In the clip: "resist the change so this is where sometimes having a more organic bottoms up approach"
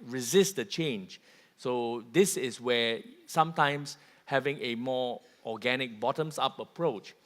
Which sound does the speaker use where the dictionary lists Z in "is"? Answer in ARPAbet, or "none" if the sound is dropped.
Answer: S